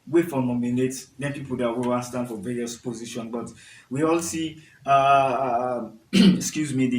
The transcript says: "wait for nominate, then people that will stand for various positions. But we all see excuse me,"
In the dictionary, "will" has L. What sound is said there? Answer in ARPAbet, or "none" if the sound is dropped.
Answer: N